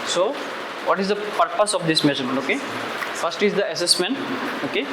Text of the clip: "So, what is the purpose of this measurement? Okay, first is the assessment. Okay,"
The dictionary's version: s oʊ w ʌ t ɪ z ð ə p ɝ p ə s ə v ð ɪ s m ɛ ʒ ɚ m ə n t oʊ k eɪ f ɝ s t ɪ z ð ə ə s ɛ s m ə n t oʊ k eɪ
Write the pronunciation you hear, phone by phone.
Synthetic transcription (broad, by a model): s oʊ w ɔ t ɪ z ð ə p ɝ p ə s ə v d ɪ s m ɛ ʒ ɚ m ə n oʊ k eɪ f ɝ s t ɪ z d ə ə s ɛ s m ə n t oʊ k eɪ